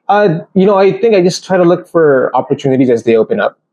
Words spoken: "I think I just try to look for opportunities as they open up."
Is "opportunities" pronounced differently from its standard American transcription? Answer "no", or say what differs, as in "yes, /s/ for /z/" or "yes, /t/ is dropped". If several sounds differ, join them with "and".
no